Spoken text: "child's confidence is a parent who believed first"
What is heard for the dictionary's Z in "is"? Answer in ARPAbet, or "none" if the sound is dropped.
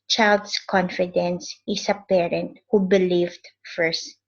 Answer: S